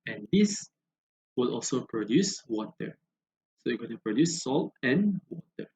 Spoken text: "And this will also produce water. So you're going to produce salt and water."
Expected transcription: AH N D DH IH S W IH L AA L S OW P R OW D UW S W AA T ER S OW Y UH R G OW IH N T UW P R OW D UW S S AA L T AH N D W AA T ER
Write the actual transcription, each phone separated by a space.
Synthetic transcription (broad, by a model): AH N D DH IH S W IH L AA L S OW P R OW D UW S W AA T ER S OW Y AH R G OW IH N T UW P R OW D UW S S AA L T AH N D W AA T ER